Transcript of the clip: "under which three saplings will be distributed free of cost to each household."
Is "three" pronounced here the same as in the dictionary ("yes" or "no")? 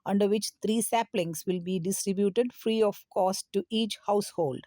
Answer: no